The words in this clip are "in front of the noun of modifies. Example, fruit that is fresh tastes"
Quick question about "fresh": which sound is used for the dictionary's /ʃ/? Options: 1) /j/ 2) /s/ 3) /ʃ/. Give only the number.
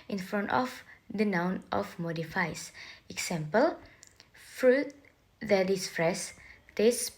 2